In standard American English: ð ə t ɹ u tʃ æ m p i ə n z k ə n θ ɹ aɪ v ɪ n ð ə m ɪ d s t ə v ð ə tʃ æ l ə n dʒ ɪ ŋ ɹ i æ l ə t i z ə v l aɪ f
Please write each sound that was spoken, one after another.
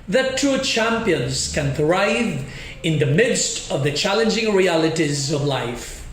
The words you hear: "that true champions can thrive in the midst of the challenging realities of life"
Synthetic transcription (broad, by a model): ð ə t u tʃ æ m p i ə n z k ə n θ ɹ aɪ v ɪ n ð ə m ɪ d s t ə v ð ə tʃ æ l ə n dʒ ɪ ŋ ɹ i æ l ə t i z ə v l aɪ f